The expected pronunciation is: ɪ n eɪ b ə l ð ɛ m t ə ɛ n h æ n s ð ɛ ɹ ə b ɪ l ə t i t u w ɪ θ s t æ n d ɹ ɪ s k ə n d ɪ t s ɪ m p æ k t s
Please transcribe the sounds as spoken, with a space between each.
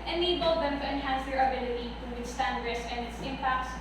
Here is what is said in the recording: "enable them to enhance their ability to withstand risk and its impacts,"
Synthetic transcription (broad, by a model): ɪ n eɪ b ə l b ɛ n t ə ɛ n h æ n s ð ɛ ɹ ə b ɪ l ə t i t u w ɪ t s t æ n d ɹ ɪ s ə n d ɪ t s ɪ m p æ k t s